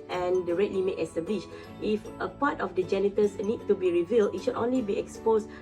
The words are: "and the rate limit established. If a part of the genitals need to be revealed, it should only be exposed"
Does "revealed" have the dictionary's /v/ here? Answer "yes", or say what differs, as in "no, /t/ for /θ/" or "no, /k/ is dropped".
yes